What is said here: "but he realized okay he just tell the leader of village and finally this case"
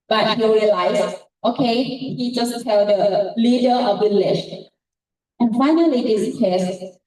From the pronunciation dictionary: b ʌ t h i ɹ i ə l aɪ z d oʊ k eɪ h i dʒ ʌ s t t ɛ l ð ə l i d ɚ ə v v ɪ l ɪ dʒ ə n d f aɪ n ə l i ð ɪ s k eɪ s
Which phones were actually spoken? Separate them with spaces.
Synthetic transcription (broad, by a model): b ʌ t h i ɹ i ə l aɪ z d oʊ k eɪ h i dʒ ʌ s t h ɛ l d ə l i d ɚ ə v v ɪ l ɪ ʃ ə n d f aɪ n ə l i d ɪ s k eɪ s